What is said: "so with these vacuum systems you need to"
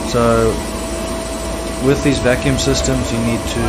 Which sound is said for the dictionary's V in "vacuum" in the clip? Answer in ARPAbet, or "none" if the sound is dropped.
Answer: V